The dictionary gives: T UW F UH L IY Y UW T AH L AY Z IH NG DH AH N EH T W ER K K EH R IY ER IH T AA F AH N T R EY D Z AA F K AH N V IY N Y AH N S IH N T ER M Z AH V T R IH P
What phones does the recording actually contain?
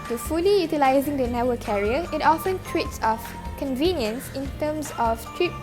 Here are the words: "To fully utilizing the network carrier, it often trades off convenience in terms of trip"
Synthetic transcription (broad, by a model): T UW F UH L IY Y UW T AH L AY Z IH NG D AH N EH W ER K K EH R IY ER IH T AA F AH N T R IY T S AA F K AH N V IY N Y AH N S IH N T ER M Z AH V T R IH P